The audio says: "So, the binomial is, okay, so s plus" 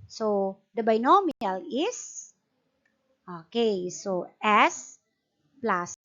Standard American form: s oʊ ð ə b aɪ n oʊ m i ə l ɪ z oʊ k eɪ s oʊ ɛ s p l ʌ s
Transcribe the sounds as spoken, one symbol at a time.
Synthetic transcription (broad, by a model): s oʊ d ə b aɪ n oʊ m i ə l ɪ s oʊ k eɪ s oʊ ɛ s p l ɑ s